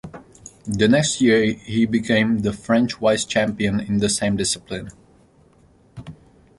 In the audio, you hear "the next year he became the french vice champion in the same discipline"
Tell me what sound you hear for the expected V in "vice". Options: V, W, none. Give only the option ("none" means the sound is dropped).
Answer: W